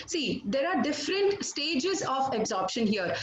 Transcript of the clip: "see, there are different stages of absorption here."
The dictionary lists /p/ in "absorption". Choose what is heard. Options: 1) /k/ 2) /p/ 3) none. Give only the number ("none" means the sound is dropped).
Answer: 2